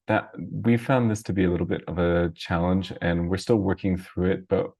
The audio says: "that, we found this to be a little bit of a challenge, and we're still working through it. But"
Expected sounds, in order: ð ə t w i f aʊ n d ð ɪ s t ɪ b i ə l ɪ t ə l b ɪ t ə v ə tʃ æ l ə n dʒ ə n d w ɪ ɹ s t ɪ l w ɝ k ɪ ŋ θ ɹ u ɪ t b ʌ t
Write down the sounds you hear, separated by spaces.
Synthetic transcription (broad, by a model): ð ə t w i f aʊ n ð ɪ s t ɪ b i ə l ɪ t l b ɪ t ə v ə tʃ æ l ə n dʒ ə n w ɪ ɹ s t ɪ l w ɝ k ɪ ŋ θ ɹ u ɪ t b ʌ t